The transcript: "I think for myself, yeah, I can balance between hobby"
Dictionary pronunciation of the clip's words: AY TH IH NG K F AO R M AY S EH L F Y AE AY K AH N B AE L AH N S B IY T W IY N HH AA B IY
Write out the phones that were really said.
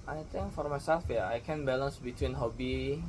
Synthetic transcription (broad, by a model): AY T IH NG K F AO R M AY S EH L F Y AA AY K AH N B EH L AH N S B IY T W IY N HH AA B IY